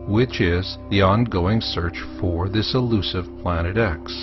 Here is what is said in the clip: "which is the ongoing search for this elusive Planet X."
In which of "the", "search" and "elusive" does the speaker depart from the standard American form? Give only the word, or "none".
none